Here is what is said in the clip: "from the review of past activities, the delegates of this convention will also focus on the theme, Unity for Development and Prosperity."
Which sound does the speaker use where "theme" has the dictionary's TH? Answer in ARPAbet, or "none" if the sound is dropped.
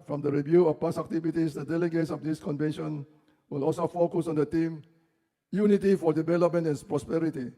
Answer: T